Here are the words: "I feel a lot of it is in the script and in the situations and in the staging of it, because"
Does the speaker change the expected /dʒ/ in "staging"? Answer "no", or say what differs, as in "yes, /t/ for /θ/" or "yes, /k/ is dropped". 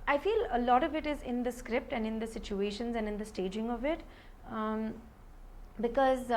no